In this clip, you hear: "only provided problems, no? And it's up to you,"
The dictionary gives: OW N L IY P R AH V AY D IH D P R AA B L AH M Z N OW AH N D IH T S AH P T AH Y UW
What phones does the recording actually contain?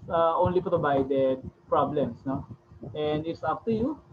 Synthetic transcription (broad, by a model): OW N L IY P R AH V AY D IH D P R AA B L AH M S N OW AH N D IH T S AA F T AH Y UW